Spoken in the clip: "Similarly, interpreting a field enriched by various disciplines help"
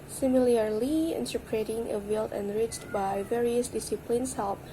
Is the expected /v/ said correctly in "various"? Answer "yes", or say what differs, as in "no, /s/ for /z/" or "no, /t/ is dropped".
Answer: yes